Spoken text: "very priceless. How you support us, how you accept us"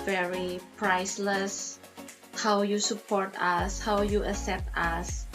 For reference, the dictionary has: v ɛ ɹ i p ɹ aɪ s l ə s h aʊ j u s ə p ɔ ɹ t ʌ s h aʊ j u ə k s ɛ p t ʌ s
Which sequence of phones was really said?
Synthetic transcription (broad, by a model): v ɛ ɹ i p ɹ aɪ s l ə s h aʊ j u s ə p ɔ ɹ t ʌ s h aʊ j u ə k s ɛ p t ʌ s